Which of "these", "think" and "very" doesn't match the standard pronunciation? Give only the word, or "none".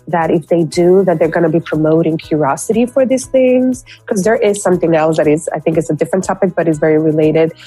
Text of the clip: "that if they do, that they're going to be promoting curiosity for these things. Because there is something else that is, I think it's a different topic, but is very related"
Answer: none